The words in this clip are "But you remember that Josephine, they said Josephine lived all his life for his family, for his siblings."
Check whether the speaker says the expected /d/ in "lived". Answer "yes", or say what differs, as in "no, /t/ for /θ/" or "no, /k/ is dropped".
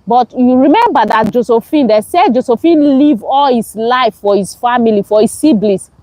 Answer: no, /d/ is dropped